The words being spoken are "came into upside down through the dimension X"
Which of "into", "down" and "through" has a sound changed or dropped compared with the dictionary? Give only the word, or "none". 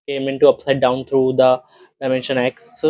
through